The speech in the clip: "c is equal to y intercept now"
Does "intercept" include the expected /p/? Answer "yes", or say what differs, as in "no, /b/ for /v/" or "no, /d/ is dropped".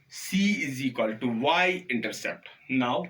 yes